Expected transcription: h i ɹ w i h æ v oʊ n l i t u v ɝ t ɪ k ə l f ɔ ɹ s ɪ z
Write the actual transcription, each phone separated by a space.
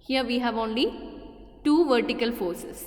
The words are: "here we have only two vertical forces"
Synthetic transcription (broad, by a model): h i ɹ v i h æ v oʊ n l i t u v ɝ t ɪ k ə l f ɔ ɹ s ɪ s